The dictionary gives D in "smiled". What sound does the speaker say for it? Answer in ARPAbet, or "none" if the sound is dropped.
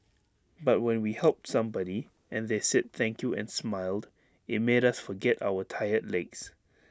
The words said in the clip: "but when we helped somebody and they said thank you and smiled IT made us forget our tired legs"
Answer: D